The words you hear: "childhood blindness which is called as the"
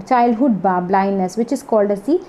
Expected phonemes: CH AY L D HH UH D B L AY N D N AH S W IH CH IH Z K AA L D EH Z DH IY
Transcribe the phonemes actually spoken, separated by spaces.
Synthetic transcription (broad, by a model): CH AY L D HH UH D B L AY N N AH S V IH CH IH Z K AA L D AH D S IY